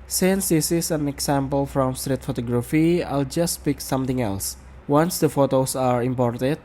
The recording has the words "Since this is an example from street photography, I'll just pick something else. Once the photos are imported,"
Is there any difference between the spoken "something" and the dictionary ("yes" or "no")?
yes